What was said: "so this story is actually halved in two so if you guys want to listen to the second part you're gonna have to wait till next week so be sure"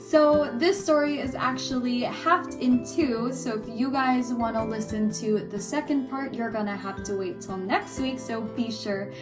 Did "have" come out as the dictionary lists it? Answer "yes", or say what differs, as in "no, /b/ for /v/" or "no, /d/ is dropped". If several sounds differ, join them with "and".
no, /f/ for /v/